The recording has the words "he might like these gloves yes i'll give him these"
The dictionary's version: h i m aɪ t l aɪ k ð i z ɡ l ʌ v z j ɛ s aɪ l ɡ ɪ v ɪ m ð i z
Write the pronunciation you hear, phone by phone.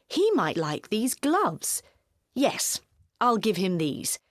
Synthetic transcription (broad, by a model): h i m aɪ t l aɪ k ð i z ɡ l ʌ v z j ɛ s aɪ l ɡ ɪ v ɪ m ð i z